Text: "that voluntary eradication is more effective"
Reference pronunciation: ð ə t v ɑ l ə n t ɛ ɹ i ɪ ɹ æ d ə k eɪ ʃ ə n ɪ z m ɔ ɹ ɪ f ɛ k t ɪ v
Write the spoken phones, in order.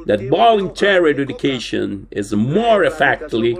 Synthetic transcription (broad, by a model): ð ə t b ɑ l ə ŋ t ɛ ɹ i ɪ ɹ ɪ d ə k eɪ ʃ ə n ɪ z m ɔ ɹ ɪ f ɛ k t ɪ